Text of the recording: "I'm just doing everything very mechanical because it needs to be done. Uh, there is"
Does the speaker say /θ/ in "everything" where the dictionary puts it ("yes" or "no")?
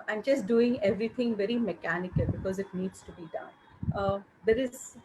no